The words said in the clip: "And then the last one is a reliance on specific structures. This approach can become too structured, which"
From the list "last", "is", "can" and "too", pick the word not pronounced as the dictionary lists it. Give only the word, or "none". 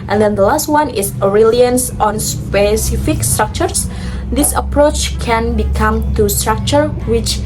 is